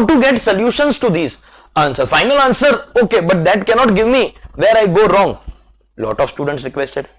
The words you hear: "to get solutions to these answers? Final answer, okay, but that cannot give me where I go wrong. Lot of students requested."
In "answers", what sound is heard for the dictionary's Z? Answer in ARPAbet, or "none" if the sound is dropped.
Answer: none